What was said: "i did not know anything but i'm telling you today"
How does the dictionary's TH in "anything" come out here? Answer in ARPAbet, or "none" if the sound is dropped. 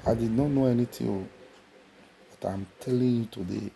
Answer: T